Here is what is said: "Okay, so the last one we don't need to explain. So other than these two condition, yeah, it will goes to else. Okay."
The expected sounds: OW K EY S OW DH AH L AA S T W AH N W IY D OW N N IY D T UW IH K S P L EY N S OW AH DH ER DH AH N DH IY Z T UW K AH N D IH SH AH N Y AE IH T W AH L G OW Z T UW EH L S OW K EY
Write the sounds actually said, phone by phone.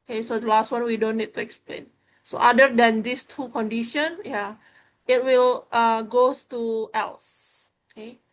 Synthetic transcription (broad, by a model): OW K EY S OW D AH L AA S T W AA N W IY D OW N N IY D T UW IH K S P L EY N S OW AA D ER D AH N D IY S T UW K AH N D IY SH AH N Y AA IH T W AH L G OW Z T UW EH L S OW K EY